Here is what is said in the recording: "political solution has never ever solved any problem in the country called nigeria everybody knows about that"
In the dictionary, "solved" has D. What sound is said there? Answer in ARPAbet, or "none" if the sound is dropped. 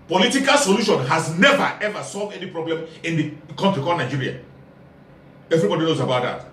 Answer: D